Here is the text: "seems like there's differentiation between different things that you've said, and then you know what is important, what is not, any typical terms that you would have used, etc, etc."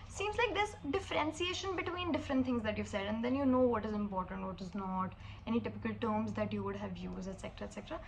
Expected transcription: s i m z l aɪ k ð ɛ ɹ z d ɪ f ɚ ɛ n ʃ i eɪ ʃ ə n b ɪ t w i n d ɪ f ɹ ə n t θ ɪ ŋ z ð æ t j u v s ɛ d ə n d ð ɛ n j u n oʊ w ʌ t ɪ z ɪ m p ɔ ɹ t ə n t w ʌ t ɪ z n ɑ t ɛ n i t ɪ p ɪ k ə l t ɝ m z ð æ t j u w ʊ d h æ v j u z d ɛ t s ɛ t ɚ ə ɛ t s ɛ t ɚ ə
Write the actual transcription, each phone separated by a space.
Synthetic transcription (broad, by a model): s i m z l aɪ k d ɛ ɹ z d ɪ f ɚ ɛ n s i eɪ ʃ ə n b ɪ t w i n d ɪ f ɹ ə n t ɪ ŋ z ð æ t j u v s ɛ d ə n d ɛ n j u n oʊ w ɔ t ɪ z ɪ m p ɔ ɹ t ə n t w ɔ t ɪ z n ɑ t ɛ n i t ɪ p ɪ k ə l t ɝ m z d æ t j u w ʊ d h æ v j u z ɛ t s ɛ t ɚ ə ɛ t s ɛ t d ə